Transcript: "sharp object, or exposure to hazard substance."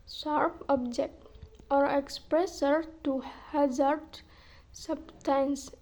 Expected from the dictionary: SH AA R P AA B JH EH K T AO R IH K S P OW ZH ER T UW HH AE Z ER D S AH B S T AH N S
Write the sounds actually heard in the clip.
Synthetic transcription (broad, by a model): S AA R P AA B JH EH K T AO R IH K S P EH S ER T UW HH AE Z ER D S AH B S T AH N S